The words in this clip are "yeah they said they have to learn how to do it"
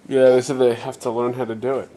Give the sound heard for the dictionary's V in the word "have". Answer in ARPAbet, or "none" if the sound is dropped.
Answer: F